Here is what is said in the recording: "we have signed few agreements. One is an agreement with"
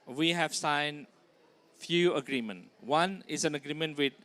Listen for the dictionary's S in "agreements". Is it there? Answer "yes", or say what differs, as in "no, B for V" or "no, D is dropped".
no, S is dropped